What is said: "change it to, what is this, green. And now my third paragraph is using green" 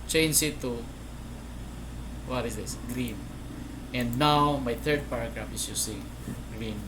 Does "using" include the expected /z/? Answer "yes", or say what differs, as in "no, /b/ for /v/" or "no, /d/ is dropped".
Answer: no, /s/ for /z/